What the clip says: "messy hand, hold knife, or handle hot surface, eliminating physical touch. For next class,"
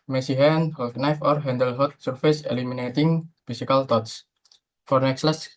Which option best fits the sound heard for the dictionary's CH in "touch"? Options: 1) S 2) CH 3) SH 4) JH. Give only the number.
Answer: 1